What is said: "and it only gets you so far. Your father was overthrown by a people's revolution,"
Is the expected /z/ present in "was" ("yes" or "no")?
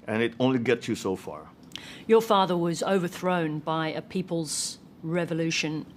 yes